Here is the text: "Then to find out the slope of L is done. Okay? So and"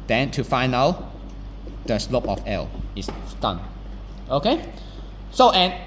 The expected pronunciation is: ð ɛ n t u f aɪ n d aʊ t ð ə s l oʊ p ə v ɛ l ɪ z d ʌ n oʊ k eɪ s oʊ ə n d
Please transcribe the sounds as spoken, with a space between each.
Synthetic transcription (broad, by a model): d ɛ n t u f aɪ n aʊ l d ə s l oʊ p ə f ɛ l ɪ s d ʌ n oʊ k eɪ s oʊ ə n